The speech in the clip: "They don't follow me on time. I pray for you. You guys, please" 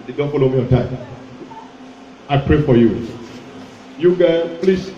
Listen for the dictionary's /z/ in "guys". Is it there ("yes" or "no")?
no